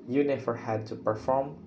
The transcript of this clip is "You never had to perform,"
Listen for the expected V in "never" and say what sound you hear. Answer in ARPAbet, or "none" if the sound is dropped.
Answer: F